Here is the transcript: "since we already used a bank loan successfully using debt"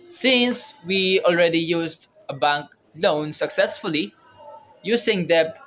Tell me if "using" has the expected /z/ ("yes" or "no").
no